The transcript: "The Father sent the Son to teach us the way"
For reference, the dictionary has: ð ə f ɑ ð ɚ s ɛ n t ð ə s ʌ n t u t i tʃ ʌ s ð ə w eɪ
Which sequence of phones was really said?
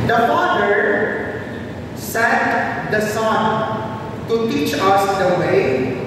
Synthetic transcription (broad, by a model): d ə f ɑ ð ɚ s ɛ t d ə s ʌ n t u t i tʃ ʌ s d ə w eɪ